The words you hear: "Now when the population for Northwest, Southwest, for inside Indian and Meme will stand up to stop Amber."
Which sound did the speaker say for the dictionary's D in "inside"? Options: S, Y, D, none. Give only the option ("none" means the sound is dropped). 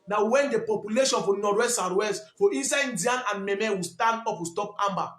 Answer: none